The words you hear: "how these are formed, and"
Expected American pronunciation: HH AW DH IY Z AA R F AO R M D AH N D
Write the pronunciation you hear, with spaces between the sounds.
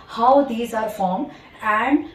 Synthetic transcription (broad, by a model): HH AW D IY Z AA R F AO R M AH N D